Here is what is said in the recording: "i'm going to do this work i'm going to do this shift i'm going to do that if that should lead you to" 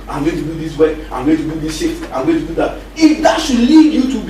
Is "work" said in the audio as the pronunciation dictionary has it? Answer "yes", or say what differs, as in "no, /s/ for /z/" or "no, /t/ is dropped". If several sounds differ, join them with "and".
no, /k/ is dropped